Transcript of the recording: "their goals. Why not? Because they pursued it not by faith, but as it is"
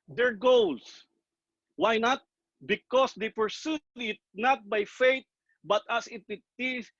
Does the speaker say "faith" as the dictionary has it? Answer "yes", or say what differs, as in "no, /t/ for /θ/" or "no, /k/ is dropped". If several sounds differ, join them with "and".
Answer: no, /t/ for /θ/